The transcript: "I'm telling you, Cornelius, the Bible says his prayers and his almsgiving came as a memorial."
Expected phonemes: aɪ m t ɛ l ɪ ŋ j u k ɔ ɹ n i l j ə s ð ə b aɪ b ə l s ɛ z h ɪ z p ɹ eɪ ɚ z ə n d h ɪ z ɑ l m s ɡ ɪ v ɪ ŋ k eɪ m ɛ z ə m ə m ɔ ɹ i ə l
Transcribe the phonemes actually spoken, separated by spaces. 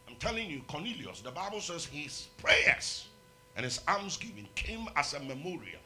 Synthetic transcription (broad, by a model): aɪ m t ɛ l ɪ ŋ j u k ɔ n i l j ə s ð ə b aɪ b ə l s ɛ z h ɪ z p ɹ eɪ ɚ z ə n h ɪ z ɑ m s ɡ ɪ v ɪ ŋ k eɪ m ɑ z ə m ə m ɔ ɹ i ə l